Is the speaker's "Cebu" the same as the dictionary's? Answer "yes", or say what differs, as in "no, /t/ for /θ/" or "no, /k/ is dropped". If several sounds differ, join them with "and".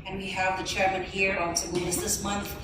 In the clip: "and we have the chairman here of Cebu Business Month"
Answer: no, /b/ is dropped